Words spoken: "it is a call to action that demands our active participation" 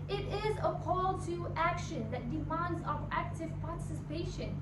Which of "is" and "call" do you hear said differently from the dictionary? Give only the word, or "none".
none